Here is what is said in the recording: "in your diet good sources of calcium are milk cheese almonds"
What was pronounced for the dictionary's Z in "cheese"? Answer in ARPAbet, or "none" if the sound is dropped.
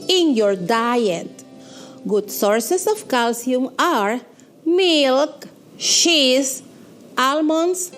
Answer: S